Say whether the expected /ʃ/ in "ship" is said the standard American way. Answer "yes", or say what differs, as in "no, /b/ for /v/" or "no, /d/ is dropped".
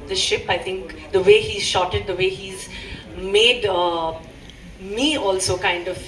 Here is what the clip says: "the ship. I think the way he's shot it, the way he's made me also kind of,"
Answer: yes